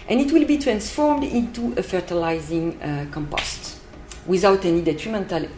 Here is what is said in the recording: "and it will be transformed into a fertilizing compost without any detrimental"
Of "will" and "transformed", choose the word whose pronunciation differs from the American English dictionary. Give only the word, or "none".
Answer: none